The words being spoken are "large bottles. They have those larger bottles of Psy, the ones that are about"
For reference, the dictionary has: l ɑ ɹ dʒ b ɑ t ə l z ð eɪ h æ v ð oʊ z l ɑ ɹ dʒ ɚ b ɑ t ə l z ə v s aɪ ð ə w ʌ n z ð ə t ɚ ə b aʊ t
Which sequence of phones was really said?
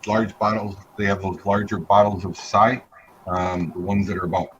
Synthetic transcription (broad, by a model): l ɑ ɹ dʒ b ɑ t l z ð eɪ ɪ v ð oʊ z l ɑ ɹ dʒ ɚ b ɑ t l z ə v s aɪ ð ə w ʌ n z ð ə t ɚ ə b aʊ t